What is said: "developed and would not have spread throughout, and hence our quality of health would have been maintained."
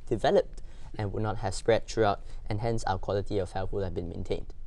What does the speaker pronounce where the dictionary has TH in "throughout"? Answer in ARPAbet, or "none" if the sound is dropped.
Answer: T